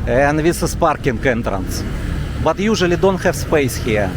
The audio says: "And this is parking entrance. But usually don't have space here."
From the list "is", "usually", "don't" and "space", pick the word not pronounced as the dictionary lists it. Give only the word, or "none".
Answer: is